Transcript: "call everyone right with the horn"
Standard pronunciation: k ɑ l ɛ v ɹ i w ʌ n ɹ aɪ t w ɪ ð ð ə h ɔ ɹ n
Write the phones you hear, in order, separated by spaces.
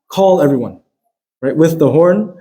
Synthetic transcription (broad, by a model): k ɑ l ɛ v ɹ i w ʌ n ɹ aɪ t w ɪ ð ð ə h ɔ ɹ n